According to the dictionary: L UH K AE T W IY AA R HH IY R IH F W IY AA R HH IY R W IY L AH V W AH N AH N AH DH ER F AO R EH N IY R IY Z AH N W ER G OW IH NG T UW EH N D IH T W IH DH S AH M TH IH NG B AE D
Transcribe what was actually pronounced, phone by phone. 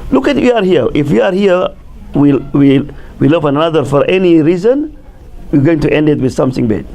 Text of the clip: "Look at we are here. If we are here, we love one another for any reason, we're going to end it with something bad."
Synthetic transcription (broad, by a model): L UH K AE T W IY AA R HH IY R IH F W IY AA R HH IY W W IY L AH V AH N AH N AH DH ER F AO R EH N IY R IY Z AH N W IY G OW IH NG T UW EH N D IH T W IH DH S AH M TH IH NG B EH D